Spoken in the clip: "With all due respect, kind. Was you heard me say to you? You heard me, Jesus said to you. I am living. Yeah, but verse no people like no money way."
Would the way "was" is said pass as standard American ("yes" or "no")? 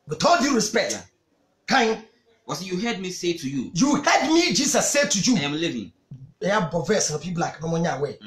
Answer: no